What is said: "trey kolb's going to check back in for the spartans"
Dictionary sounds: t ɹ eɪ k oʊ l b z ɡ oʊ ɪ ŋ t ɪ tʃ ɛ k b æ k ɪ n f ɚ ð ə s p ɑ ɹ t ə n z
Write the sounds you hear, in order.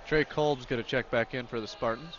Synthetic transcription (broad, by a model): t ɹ eɪ k oʊ l b z ɡ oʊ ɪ t ɪ tʃ ɛ k b æ k ɪ n f ɚ ð ə s p ɑ ɹ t n